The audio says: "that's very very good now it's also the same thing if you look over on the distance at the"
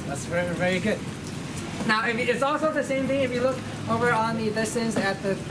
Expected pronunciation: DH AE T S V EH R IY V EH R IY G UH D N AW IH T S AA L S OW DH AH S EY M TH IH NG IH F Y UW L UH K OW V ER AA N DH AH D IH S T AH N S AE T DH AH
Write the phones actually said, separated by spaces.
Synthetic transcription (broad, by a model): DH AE T S V EH R IY V EH R IY G UH D N AW IH T S AA L S OW DH AH S EY M TH IH NG IH F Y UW L UH K OW V ER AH N DH AH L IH S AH N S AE T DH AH